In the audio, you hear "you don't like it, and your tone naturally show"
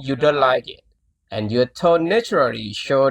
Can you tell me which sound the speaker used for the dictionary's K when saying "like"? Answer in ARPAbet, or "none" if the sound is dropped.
K